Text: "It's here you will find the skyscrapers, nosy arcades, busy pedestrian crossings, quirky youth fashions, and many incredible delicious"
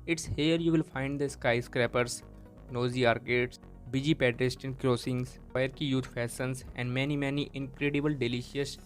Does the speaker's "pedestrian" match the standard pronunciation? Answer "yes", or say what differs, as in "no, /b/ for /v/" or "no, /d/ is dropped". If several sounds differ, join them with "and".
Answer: no, /ɹ/ is dropped